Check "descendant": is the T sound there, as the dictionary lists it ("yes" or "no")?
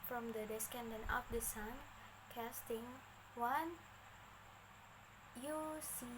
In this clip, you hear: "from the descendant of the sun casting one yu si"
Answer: no